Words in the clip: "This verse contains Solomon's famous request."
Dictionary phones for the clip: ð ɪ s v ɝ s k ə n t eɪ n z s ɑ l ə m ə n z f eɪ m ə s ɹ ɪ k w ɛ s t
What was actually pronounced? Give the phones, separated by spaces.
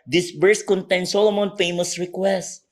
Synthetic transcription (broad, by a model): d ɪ s b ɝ s k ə n t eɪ n s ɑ l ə m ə n f eɪ m ə s ɹ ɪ k w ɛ s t